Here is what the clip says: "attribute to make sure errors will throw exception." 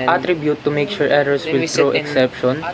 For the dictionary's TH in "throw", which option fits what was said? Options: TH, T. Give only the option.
T